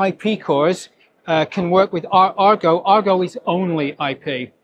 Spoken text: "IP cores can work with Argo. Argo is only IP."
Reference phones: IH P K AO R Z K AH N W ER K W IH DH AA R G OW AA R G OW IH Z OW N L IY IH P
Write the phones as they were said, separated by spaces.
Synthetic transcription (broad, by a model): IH P K AO R Z K AH N W ER K W IH DH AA R G OW AA R G OW IH Z OW N L IY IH P